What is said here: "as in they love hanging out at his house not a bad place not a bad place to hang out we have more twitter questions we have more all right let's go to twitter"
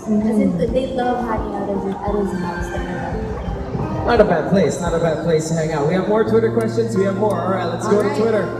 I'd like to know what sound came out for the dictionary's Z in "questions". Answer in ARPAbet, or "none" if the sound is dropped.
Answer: Z